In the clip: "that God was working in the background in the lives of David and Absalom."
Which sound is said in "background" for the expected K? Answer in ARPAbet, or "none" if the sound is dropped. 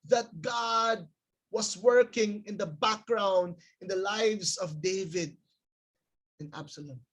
K